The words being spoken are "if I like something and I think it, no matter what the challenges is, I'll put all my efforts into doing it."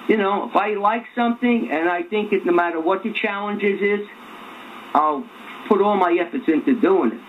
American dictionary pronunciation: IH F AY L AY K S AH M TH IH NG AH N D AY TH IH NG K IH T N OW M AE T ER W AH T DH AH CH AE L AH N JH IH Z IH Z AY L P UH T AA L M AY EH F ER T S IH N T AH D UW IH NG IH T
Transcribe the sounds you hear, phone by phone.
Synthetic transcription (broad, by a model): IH F AY L AY K S AH M TH IH NG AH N AY TH IH NG K IH T N OW M AE T ER W AH T DH AH CH AE L AH N JH IH Z IH Z AY L P UH T AA L M AY EH F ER T S IH N T AH D UW IH NG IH T